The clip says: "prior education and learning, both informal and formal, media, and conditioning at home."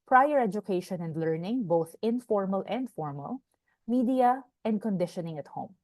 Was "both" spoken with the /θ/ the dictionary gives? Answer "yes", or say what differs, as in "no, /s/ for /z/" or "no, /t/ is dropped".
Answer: yes